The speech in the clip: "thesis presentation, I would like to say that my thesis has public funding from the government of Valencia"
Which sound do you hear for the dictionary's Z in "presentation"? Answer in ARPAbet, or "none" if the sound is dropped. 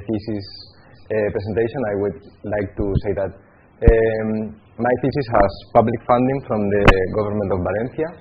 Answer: S